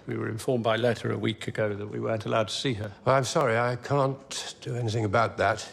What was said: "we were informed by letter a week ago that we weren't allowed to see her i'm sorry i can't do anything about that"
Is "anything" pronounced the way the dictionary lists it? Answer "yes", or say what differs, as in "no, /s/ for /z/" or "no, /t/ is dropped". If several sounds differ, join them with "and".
yes